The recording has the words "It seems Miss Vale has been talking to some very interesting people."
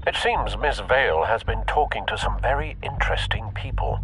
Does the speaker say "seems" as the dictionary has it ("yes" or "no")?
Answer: yes